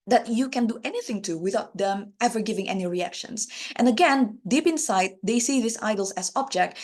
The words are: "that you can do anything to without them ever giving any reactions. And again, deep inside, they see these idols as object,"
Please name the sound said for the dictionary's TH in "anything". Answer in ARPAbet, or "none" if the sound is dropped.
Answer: TH